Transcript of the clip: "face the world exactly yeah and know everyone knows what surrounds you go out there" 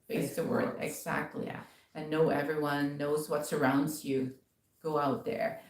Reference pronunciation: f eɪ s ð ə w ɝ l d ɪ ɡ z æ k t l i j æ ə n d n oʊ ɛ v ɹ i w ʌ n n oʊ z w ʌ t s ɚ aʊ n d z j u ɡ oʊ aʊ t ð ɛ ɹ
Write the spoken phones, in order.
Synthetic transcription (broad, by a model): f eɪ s ð ə w ɝ l d ɪ ɡ z æ k t l i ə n n oʊ ɛ v ɹ i w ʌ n n oʊ z w ʌ t s ɚ aʊ n d z j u ɡ oʊ aʊ t ð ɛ ɹ